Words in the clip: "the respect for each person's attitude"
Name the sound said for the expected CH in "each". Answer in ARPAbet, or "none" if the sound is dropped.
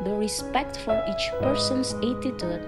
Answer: CH